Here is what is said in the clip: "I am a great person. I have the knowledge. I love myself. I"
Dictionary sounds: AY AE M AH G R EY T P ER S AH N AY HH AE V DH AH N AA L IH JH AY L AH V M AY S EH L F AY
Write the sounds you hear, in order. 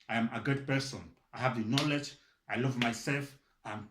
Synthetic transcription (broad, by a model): AY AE M AH G UH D P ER S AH N AY HH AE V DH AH N AA L IH JH AY L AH V M AY S EH L F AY